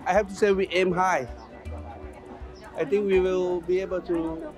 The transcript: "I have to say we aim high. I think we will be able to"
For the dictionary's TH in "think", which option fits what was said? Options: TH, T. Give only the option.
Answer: T